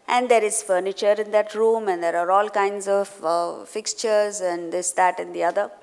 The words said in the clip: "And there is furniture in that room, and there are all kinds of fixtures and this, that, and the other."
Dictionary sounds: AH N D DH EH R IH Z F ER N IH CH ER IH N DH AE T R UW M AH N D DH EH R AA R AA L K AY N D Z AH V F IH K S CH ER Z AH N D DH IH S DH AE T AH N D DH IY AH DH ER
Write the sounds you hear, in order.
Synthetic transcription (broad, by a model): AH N D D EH R IH Z F ER N IH CH ER IH N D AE T R UW M AH N D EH R AA R AA L K AY N D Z AH V F IH K S CH ER Z AH N D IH S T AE T AH N D IY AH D ER